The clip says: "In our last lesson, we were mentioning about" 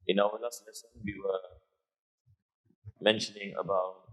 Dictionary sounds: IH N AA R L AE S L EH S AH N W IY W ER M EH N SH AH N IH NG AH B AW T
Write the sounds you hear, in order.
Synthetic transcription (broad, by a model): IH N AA W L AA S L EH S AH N W IY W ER M EH N SH AH N IH NG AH B AW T